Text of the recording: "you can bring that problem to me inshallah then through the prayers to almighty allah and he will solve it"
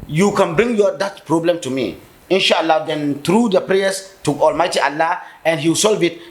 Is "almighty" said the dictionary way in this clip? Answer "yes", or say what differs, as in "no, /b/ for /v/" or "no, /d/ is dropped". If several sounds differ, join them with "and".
yes